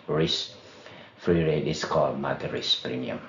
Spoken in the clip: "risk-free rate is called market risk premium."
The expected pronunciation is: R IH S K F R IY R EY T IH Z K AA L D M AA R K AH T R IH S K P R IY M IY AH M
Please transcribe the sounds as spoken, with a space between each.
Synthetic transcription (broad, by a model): R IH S F R IY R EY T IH S K AA L D M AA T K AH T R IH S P R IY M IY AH M